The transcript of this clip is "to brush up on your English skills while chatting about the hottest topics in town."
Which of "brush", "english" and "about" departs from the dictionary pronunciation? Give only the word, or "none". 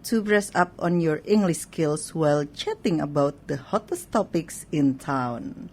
brush